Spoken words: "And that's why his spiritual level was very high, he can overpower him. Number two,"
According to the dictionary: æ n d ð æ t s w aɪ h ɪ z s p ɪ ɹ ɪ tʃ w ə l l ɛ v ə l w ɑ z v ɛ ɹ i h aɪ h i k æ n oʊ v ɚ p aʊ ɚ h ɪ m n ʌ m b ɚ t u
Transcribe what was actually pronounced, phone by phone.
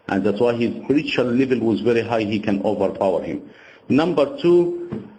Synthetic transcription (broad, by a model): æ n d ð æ t s w aɪ h ɪ z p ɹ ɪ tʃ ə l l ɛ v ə l w ɑ z v ɛ ɹ i h aɪ h i k æ n oʊ v ɚ p aʊ ɚ h ɪ m n ʌ m b ɚ t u